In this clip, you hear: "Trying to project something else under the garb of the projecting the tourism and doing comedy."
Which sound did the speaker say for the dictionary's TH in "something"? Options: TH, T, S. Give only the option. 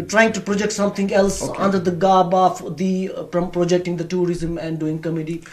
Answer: T